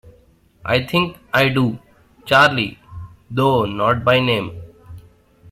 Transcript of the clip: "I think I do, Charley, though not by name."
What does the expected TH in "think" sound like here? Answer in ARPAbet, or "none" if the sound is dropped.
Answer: T